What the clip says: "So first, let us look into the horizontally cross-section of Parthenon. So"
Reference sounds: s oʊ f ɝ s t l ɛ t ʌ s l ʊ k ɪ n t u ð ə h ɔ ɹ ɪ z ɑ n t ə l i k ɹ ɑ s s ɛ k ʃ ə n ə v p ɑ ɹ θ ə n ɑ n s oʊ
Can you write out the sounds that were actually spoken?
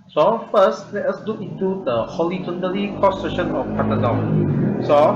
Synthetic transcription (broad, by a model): s oʊ f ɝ s t l ɛ t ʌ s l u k ɪ n t u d ə h ɔ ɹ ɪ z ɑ n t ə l i k ɑ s s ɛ ʃ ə n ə f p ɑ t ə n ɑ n s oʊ